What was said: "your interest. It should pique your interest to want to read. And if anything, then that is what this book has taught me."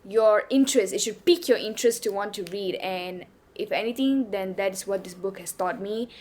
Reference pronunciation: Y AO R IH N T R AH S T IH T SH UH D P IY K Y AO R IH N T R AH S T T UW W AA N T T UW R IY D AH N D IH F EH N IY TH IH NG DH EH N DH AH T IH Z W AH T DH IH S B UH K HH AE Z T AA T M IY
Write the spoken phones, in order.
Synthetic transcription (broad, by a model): Y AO R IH N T R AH S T IH T SH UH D P IY K Y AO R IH N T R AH S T T UW W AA N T T UW R IY D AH N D IH F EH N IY T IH NG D EH N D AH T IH S W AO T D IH S B UH K HH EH S T AA T M IY